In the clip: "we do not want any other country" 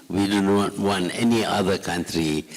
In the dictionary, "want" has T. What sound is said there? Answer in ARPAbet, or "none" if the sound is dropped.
none